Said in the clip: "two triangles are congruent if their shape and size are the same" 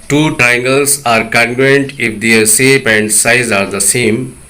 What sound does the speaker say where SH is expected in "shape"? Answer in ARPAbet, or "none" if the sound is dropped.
S